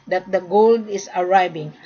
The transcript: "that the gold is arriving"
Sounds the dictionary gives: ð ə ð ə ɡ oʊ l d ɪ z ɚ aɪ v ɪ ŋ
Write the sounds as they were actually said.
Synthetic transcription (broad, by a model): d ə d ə ɡ oʊ l d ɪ s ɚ aɪ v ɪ ŋ